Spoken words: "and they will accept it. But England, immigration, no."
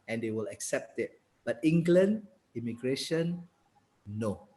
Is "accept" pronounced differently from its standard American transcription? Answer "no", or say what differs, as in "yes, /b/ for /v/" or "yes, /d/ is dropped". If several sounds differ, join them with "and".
no